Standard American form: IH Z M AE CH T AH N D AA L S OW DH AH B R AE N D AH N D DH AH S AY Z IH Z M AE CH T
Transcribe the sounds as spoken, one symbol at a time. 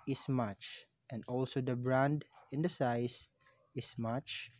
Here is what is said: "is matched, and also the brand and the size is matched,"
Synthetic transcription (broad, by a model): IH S M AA CH T AH N D AA L S OW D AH B R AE N D AH N D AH S AY S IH S M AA CH